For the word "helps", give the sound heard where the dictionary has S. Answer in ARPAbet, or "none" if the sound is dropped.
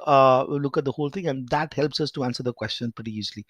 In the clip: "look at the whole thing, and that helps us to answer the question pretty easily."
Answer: S